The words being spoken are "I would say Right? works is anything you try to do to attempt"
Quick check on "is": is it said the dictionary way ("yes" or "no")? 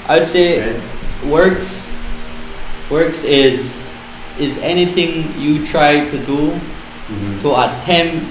yes